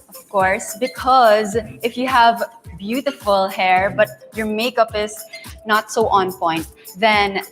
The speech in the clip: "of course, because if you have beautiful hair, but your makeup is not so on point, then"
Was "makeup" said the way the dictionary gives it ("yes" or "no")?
yes